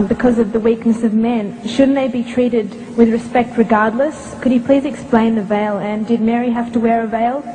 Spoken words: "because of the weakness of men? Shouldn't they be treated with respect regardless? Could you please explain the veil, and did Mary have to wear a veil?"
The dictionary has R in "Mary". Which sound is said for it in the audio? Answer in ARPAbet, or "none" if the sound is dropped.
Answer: R